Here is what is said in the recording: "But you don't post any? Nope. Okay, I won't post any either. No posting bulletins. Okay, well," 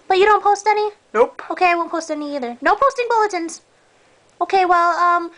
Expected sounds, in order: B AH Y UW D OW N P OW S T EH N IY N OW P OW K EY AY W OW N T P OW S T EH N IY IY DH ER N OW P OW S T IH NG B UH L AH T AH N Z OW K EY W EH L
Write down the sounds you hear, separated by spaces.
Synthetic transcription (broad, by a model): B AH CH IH D OW N P OW S T EH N IY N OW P OW K EY AY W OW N P OW S T EH N IY IY DH ER N OW P OW S T IH NG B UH L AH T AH N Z OW K EY W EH L